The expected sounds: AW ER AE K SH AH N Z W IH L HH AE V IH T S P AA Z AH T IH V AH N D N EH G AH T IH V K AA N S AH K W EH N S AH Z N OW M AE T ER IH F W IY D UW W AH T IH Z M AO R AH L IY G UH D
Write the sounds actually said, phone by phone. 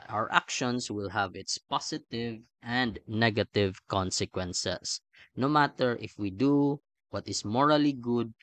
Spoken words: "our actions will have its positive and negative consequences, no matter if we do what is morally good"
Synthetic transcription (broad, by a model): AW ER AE K SH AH N S W IH L HH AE V IH T S P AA S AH T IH V AH N D N EH G AH T IH V K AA N S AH K W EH N S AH S N OW M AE T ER IH F W IY D UW W AH T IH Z M AO R AH L IY G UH D